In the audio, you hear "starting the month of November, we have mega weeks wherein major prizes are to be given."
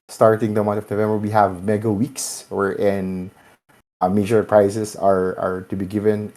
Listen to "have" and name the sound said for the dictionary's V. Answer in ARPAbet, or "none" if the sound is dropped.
V